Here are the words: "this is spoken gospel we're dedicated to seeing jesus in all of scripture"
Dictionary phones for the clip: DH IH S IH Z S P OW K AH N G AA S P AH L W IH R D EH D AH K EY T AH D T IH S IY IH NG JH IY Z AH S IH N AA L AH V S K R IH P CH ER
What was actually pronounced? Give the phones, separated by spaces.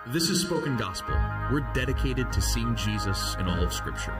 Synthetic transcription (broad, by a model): DH IH S IH Z S P OW K AH N G AA S P L W IH R D EH D AH K EY T AH D T IH S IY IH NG JH IY Z AH S IH N AA L AH V S K R IH P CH ER